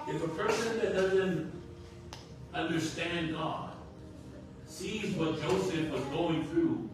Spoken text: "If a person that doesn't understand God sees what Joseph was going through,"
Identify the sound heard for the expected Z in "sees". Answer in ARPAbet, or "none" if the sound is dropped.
Z